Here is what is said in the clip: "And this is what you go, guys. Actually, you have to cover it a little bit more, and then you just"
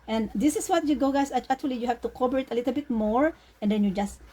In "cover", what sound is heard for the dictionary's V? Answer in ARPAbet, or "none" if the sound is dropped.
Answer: B